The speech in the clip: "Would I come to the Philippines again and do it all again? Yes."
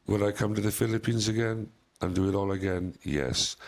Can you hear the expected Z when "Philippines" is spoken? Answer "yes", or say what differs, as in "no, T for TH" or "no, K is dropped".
yes